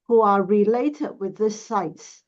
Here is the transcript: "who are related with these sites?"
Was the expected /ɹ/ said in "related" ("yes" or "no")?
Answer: yes